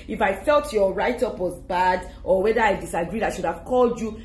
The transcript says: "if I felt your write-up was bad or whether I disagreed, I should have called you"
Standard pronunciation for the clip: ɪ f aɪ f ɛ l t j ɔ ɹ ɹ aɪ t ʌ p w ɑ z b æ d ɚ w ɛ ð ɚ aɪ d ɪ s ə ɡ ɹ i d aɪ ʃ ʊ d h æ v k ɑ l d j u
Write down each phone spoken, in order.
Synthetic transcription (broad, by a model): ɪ f aɪ f ɛ l t j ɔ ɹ ɹ aɪ t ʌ p w ɑ z b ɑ d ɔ w ɛ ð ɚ aɪ d ɪ s ə ɡ ɹ i d aɪ ʃ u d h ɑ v k ɑ l d j u